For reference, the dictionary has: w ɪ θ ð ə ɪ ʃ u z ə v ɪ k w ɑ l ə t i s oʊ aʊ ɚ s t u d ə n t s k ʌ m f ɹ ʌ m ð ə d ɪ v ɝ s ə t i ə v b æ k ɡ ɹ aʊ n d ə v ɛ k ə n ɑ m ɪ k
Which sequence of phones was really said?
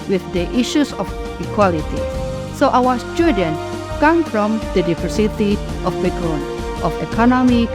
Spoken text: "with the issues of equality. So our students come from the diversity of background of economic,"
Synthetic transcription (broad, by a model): w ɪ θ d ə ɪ ʃ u s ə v ɪ k w ɑ l ə t i s oʊ aʊ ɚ s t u d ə n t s k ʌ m f ɹ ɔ m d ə d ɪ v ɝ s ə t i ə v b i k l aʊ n ə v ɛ k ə n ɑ m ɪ k